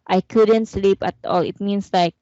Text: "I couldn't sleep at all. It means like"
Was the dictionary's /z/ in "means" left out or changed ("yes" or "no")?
yes